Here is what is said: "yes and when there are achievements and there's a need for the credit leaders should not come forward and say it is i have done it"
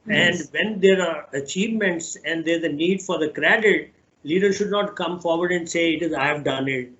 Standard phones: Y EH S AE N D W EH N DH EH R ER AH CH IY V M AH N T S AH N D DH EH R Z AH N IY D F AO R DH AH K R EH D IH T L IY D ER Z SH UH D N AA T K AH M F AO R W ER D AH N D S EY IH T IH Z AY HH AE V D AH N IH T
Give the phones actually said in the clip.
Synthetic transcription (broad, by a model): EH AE N D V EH N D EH R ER AH CH IY V M AH N T S AH N D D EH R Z AH N IY D F AO R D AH K R EH D IH T L IY D ER SH UH D N AA T K AH M F AO R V ER D AH N D S EY IH T IH Z AY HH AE V D AH N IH T